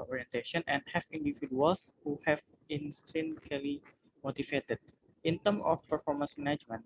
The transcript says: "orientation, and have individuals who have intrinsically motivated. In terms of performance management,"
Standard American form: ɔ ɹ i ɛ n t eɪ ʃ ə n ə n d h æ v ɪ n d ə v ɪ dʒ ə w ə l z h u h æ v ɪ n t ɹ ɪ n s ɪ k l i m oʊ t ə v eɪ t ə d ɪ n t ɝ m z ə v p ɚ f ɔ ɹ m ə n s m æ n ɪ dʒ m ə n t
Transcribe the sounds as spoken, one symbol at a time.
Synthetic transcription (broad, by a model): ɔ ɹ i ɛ n t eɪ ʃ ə n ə n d h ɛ f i n d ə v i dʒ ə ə l s h u h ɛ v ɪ n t ɹ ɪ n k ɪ l i m oʊ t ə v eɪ t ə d ɪ n t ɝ m ə f p ɚ f ɔ ɹ m ə n s m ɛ n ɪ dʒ m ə n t